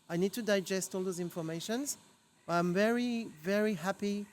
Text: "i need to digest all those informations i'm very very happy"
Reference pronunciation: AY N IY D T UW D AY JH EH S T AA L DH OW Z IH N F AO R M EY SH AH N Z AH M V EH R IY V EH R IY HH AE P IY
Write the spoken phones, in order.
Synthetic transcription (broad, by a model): AY N IY D T UW D AY JH EH S T AA L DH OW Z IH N F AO R M EY SH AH N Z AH M V EH R IY V EH R IY HH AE P IY